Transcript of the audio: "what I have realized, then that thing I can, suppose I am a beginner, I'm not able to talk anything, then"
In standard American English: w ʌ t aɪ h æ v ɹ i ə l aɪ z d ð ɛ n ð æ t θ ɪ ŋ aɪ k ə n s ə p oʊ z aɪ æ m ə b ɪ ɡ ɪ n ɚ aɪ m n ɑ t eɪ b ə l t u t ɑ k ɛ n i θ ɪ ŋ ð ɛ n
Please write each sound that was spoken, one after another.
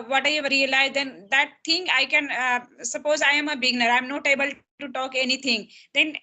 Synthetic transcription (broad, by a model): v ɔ t aɪ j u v ɹ i ə l aɪ z d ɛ n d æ t t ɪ ŋ aɪ k ə n s ə p oʊ z aɪ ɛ m ə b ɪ ɡ n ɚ aɪ m n ɑ t eɪ b ə l t u t ɑ k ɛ n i t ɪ ŋ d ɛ n